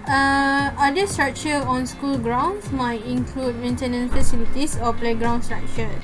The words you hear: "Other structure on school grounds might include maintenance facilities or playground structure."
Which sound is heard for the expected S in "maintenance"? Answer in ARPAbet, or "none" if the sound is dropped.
none